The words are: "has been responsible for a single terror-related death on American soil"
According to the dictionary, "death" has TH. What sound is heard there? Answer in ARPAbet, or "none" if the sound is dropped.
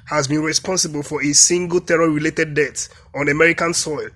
T